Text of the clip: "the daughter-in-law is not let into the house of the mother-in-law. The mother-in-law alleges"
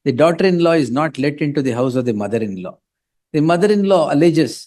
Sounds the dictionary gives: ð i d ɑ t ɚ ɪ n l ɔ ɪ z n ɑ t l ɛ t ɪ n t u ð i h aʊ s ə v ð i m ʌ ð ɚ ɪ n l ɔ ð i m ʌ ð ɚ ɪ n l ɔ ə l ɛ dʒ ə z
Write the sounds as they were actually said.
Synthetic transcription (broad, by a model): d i d ɑ t ɚ ɪ n l ɔ ɪ z n ɑ t l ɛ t ɪ n t u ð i h aʊ s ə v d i m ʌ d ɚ ɪ n l ɔ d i m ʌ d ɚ ɪ n l ɔ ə l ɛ dʒ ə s